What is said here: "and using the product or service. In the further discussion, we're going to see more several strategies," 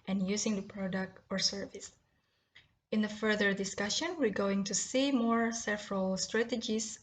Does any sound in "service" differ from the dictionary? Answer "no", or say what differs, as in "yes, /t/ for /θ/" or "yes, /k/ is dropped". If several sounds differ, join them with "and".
no